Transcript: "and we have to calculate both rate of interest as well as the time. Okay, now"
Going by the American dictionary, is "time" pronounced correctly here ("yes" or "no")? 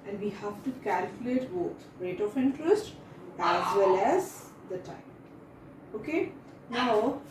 no